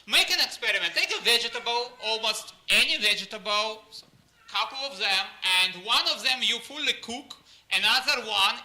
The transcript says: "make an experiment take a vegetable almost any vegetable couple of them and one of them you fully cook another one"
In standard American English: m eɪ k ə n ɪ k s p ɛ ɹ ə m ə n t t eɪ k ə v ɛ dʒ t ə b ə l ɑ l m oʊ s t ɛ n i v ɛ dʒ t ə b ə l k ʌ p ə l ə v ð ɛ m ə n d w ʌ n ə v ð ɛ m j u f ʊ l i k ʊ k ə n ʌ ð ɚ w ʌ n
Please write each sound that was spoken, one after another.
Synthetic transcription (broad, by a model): m eɪ k ə n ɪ k s p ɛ ɹ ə m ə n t t eɪ k ə v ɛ dʒ t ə b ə l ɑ l m oʊ s t ɛ n i v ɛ dʒ t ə b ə l k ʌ p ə l ə v ð ɛ m ə n d w ʌ n ə v ð ɛ m j u f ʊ l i k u k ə n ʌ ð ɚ w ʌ n